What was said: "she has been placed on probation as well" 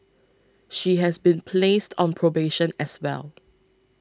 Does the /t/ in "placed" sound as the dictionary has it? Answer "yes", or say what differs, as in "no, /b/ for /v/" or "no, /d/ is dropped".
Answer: yes